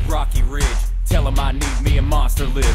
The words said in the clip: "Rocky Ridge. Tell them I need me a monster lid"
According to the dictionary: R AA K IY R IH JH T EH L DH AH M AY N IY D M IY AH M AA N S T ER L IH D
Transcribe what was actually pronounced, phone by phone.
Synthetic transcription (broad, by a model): R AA K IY R IH JH T EH L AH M AY N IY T M IY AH M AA S T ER L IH